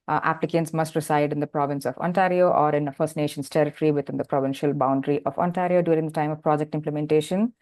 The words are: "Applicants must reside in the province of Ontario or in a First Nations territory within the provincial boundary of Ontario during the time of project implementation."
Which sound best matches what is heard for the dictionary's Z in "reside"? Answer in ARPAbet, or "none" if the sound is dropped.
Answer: S